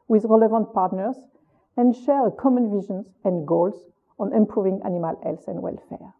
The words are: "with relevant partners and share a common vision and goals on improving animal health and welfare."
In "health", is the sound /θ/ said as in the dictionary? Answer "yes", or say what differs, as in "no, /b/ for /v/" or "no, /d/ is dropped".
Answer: no, /s/ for /θ/